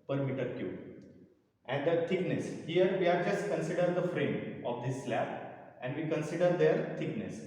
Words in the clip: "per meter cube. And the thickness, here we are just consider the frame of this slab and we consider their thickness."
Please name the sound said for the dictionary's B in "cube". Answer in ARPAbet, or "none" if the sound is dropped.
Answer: none